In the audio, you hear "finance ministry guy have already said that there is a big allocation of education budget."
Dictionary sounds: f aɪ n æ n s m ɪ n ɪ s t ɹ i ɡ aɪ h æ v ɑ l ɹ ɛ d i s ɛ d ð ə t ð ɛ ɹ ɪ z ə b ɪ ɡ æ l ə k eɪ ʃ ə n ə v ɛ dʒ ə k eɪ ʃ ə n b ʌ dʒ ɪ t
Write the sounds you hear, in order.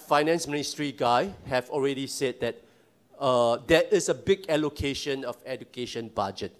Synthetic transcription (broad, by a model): f aɪ n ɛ n s m ɪ n ɪ s t ɹ i ɡ aɪ h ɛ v ɑ l ɹ ɛ d i s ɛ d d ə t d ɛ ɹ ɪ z ə b ɪ ɡ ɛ l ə k eɪ ʃ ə n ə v ɛ dʒ ə k eɪ ʃ ə n b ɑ dʒ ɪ t